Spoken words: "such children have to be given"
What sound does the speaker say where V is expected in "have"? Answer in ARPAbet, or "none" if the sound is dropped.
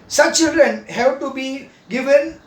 B